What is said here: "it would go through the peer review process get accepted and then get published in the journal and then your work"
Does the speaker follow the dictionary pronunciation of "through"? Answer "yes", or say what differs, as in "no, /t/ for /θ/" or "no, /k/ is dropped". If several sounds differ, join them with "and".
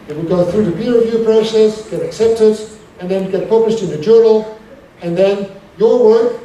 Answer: yes